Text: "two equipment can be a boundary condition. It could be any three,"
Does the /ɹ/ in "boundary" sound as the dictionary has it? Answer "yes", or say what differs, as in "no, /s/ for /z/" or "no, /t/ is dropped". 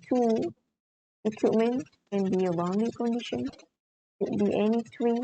no, /ɹ/ is dropped